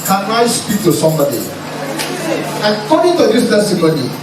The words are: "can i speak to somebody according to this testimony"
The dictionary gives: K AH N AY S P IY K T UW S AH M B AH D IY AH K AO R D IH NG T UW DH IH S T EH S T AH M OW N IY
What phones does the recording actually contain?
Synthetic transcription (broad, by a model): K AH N AY S P IY K T UW S AH M B AH D IY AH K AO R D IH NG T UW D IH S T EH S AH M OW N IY